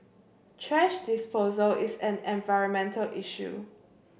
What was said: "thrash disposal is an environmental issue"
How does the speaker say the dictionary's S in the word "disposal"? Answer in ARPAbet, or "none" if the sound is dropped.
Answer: S